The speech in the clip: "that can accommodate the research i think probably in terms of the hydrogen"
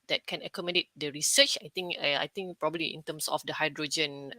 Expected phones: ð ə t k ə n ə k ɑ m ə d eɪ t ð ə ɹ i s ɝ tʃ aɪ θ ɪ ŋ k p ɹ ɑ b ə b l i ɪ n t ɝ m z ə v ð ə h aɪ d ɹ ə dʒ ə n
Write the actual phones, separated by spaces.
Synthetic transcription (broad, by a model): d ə t k ə n ə k ɑ m ə d eɪ t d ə ɹ i s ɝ tʃ aɪ t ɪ ŋ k p ɹ ɑ b ə b l i ɪ n t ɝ m s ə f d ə h aɪ d ɹ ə dʒ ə n